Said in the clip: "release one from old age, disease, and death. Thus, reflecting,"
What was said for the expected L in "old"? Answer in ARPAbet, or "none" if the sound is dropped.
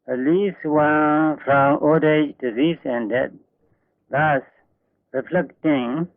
none